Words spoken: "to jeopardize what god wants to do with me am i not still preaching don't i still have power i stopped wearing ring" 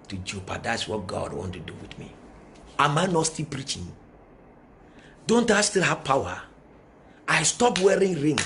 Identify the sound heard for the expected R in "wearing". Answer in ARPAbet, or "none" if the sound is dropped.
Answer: R